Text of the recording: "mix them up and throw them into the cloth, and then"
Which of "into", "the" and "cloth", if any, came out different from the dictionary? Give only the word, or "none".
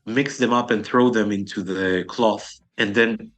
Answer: none